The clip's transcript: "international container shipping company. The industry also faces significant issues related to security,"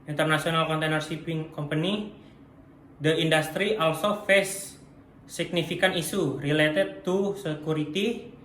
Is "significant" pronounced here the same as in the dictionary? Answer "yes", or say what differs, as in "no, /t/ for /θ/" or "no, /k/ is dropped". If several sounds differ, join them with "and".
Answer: no, /t/ is dropped